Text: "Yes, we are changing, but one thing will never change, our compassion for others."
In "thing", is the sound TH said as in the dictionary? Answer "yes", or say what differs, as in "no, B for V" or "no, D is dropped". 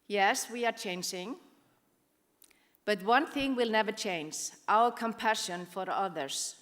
yes